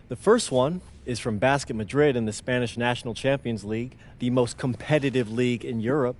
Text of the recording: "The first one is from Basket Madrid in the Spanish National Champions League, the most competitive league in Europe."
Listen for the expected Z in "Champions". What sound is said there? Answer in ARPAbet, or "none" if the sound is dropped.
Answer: Z